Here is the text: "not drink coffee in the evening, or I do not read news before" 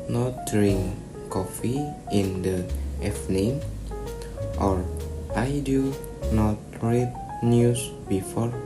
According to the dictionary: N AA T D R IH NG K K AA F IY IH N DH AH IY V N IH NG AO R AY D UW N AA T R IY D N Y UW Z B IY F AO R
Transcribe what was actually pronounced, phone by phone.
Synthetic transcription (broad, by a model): N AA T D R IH NG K K AA F IY IH N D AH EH F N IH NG AO R AY D UW N AA T R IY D N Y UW S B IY F AO R